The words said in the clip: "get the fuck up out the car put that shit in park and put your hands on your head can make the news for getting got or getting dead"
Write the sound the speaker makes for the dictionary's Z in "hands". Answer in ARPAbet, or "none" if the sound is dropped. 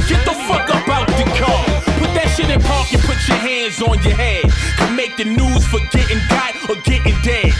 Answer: Z